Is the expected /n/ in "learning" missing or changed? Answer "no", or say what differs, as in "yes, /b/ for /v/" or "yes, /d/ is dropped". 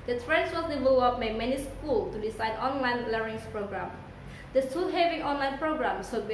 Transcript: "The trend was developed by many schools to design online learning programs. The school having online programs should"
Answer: yes, /n/ is dropped